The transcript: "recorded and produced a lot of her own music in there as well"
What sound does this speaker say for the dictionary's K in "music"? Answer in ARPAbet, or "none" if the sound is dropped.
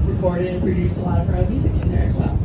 none